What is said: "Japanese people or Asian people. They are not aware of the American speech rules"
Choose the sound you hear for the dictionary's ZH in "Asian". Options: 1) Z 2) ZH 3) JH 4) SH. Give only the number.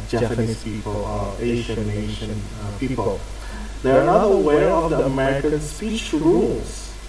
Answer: 4